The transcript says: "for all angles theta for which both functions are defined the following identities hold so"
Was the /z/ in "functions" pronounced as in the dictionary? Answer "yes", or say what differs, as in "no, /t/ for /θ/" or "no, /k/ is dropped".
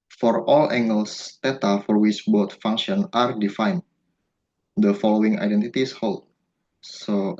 no, /z/ is dropped